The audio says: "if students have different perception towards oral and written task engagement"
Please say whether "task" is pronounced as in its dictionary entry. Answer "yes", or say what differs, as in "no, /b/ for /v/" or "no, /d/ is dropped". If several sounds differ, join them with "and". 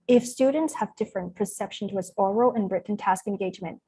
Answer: yes